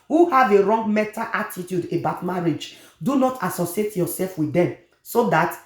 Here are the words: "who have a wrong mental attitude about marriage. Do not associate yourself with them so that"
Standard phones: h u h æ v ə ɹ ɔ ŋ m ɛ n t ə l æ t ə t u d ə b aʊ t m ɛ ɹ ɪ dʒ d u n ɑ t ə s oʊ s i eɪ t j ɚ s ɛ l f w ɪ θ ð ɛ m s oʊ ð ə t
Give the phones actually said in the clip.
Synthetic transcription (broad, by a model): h u h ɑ v ə ɹ ɔ ŋ m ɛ t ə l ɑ t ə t u d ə b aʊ t m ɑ ɹ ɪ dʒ d u n ɑ t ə s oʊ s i eɪ t j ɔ s ɛ l f w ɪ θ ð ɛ m s oʊ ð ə t